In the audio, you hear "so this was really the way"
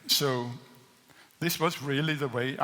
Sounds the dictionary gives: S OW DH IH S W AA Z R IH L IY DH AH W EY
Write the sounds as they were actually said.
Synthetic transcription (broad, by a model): S OW DH IH S W AA Z R IH L IY DH AH W EY